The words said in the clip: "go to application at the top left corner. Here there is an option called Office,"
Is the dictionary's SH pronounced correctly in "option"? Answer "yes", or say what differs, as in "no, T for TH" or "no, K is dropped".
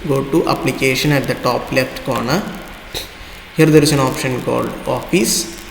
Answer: yes